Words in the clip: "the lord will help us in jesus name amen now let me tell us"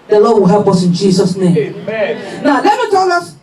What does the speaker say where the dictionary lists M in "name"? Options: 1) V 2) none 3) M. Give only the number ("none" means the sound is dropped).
2